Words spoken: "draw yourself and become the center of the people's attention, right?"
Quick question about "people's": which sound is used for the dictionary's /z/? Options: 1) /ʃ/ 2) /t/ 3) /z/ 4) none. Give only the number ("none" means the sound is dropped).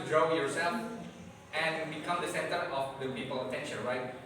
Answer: 4